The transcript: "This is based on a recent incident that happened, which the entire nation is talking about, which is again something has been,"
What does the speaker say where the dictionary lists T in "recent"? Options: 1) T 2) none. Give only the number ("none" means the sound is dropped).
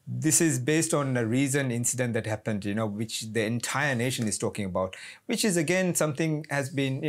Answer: 2